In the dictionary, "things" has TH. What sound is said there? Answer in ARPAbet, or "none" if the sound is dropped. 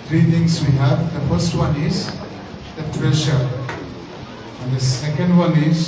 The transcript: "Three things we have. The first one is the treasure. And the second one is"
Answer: T